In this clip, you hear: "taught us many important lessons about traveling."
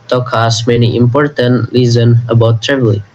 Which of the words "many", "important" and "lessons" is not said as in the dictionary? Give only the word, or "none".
lessons